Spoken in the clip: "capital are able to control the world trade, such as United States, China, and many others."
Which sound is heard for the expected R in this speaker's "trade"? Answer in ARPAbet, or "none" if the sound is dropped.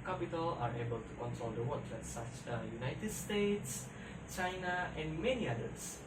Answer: L